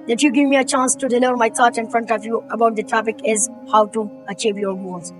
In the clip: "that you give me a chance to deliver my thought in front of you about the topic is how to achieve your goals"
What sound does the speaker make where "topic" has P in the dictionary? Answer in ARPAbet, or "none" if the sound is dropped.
F